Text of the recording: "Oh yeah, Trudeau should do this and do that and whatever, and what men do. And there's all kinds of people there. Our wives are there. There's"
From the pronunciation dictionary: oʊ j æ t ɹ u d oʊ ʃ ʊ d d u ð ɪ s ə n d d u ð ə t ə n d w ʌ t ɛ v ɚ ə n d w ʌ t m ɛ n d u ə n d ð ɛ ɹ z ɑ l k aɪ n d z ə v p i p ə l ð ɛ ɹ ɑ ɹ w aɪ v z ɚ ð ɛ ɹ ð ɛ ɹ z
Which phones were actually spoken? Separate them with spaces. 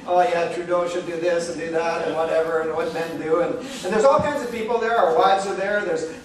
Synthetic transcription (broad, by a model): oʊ j æ t ɹ u d oʊ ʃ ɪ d d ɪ ð ɪ s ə n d d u ð ə t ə n w ʌ t ɛ v ɚ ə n w ʌ t m ɛ n d u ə n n ð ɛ ɹ z ɑ l k aɪ n d z ə v p i p l ð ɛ ɹ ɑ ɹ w aɪ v z ɚ ð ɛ ɹ ð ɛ ɹ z